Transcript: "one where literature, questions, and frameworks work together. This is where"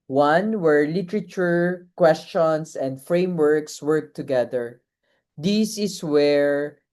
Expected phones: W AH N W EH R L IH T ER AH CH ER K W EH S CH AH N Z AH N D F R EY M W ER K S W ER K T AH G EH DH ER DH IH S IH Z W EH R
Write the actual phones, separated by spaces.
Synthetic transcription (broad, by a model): W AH N W EH R L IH T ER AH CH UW K W EH S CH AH N S AH N D F R EY M W ER K S W ER K T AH G EH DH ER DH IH S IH S W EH R